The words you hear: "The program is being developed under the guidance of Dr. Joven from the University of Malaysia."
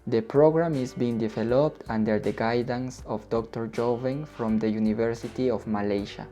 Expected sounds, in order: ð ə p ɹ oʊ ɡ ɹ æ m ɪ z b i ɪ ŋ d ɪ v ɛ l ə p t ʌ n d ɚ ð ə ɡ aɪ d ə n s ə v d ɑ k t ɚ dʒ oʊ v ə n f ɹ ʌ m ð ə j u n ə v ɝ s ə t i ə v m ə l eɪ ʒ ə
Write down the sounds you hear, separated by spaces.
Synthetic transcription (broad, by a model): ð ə p ɹ oʊ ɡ ɹ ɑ m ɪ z b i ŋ d ɪ v ɛ l ə p t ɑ n d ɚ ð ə ɡ aɪ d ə n s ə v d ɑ k t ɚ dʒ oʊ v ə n f ɹ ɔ m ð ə j u n ə v ɝ s ə t i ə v m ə l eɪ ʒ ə